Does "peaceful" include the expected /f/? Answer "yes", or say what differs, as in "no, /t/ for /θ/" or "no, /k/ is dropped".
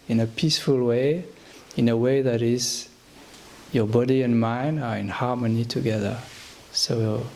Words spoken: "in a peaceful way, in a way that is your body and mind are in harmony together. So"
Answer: yes